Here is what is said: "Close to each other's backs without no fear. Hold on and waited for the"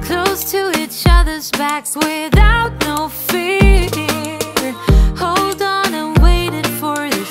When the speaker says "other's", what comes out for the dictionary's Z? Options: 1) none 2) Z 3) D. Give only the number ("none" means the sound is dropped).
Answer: 2